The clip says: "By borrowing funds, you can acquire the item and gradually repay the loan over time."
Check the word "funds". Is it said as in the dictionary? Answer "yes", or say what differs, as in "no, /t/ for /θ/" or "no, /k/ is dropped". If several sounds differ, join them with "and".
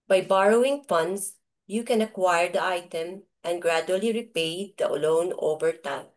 no, /s/ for /z/